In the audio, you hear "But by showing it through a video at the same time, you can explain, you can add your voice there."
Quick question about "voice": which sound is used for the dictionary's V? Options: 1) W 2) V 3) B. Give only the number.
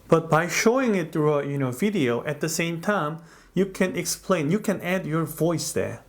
2